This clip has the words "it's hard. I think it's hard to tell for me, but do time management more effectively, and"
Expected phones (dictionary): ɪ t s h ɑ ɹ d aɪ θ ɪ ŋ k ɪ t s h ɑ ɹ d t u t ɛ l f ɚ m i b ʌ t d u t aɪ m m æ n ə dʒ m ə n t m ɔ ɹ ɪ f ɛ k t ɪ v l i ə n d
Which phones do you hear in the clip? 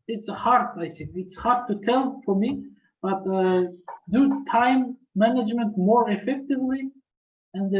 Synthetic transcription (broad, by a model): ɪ t s h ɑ ɹ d aɪ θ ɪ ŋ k ɪ t s h ɑ ɹ d t u t ɛ l f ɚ m i b ʌ t d u t aɪ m m æ n ə dʒ m ə n t m ɔ ɹ ɪ f ɛ k t ɪ v l i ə n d